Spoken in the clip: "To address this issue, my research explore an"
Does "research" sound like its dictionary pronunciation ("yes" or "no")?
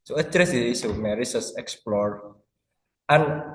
no